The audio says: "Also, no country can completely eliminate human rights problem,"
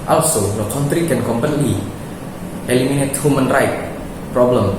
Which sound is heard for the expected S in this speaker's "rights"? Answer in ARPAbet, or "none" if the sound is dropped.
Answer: none